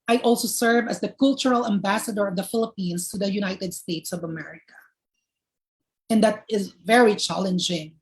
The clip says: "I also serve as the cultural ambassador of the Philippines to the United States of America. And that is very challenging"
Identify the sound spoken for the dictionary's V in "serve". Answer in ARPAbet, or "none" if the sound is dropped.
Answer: V